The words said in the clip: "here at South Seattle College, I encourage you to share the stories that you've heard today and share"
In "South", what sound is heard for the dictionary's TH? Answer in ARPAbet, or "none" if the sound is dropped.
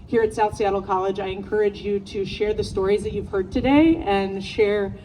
TH